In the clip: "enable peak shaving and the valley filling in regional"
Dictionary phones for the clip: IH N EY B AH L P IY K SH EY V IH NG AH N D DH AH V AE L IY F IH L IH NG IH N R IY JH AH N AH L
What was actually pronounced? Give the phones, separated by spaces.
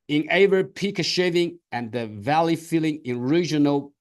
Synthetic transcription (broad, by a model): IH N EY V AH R P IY K SH EY V IH NG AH N DH AH V AE L IY F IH L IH NG IH N R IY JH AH N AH L